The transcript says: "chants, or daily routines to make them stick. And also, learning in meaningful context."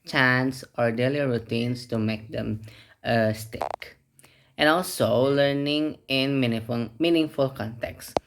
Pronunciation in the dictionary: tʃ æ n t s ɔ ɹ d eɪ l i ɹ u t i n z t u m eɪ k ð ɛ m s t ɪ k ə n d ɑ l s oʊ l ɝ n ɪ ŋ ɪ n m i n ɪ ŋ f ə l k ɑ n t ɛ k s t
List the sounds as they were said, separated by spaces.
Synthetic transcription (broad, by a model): tʃ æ n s ɔ ɹ d eɪ l i ɹ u t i n s t u m eɪ k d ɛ m s t ɪ k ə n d ɑ l s oʊ l ɝ n ɪ ŋ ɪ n m i n ɪ ŋ f ə l k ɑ n t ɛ k s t